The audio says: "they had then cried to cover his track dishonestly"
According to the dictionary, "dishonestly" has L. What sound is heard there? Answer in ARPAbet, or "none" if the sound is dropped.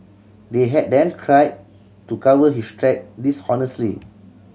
L